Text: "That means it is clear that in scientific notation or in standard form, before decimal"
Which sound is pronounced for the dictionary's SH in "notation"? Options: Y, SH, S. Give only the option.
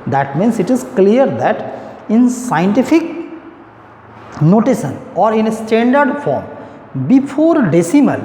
S